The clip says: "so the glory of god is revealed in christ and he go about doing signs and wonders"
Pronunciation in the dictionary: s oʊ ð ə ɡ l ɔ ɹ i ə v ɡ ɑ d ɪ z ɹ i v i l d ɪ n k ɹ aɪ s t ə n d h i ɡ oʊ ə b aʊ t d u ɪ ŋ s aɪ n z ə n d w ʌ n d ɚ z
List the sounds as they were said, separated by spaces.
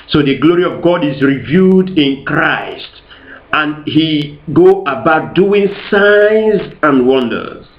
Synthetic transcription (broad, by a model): s oʊ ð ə ɡ l ɔ ɹ i ə v ɡ ɑ d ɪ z ɹ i v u d ɪ n k ɹ aɪ s t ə n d h i ɡ oʊ ə b aʊ t d u ɪ ŋ s aɪ n z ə n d w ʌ n d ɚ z